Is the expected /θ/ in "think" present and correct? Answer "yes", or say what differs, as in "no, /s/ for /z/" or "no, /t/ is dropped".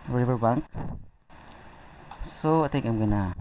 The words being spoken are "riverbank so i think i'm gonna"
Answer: no, /t/ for /θ/